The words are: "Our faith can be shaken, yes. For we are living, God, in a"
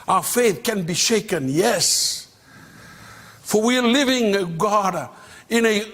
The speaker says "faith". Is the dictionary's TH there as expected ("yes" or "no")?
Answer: yes